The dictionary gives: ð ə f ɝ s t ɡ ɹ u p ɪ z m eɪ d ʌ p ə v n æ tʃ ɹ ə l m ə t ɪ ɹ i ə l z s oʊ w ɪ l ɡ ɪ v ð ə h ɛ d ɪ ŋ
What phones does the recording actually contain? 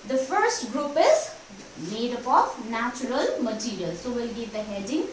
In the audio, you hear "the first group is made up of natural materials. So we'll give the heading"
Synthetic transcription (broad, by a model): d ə f ɝ s t ɡ ɹ u p ɪ z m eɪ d ʌ p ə f n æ tʃ ɹ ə l m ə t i ɹ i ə l s oʊ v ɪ l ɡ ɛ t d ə h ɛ d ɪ ŋ